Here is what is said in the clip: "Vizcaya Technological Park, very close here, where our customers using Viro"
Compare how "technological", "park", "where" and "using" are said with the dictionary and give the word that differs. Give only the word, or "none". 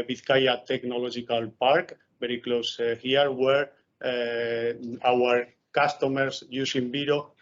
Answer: using